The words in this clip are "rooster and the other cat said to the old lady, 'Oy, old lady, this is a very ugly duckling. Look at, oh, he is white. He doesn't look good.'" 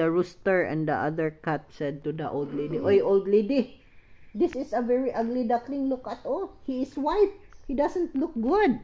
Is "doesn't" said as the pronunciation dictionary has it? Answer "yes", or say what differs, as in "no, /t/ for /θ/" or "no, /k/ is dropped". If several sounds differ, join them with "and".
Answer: no, /s/ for /z/